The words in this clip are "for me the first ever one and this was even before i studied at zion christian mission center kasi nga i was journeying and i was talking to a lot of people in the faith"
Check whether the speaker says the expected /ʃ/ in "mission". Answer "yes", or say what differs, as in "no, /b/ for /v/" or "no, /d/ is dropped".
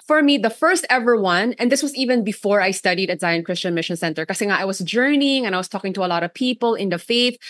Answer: yes